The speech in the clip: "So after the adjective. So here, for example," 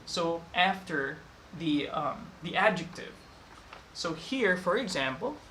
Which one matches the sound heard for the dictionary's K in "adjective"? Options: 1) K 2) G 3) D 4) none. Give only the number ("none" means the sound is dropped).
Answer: 1